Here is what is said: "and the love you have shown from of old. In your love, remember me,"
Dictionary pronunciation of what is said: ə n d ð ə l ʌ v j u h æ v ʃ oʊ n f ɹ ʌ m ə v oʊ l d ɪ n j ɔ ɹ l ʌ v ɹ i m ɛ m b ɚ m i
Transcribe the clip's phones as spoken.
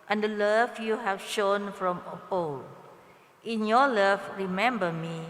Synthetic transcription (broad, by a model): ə n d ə l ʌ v j u h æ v ʃ oʊ n f ɹ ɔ m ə p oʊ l ɪ n j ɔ l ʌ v ɹ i m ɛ m b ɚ m i